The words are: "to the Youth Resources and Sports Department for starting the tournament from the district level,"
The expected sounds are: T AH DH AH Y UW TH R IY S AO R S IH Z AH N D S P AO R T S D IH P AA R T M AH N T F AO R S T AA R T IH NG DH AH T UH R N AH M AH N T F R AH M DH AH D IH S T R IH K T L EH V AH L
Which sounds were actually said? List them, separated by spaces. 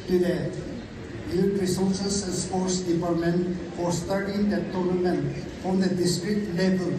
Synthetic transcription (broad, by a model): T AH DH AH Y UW T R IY S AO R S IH S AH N S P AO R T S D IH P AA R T M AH N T F AO R S T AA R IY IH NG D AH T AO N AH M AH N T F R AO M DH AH D IH S T R IH K T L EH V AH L